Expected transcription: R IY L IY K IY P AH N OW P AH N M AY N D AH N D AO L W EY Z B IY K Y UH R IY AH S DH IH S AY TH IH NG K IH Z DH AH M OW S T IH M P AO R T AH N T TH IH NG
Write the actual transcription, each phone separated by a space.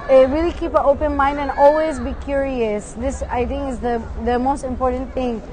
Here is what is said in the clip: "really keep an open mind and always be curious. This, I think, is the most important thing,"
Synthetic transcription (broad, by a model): R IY L IY K IY P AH OW P AH N M AY N D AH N AO L W EY Z B IY K Y UH R IY AH S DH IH S AY TH IH NG K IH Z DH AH M OW S T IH M P AO R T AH N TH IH NG